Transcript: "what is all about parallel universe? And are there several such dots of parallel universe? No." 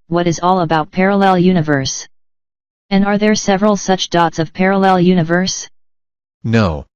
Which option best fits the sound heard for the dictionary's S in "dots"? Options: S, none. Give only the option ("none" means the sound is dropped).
S